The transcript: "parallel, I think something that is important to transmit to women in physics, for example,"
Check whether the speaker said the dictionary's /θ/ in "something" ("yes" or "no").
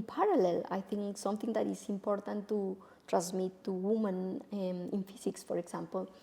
no